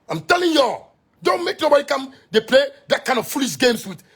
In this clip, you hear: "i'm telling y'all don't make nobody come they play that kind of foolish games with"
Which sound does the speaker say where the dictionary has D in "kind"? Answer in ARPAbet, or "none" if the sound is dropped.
none